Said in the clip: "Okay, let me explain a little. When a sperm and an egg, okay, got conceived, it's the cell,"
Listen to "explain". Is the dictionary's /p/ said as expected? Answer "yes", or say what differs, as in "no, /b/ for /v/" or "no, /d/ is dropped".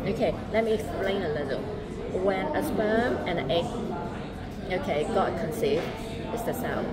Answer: yes